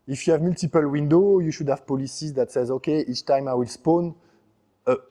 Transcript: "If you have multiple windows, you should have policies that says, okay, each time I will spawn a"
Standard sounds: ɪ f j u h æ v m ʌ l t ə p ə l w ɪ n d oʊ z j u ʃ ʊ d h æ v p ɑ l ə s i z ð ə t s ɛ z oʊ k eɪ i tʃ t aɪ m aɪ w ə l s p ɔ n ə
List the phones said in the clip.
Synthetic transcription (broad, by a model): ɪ f j u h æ v m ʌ l t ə p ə l w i n d oʊ j u ʃ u d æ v p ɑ l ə s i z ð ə t s ɛ z oʊ k eɪ i tʃ t aɪ m aɪ w ə l s p ɔ n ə